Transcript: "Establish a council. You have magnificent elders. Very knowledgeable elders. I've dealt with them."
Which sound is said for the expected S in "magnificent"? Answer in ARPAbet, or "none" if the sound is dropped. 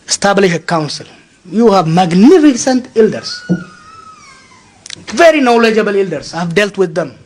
S